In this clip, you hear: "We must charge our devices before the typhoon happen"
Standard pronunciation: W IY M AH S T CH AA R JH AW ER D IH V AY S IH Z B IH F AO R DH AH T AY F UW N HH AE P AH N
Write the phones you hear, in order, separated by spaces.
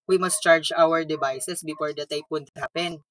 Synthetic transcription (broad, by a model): W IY M AH S T CH AA R JH AW ER D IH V AY S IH S B IH F AO R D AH T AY P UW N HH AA P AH N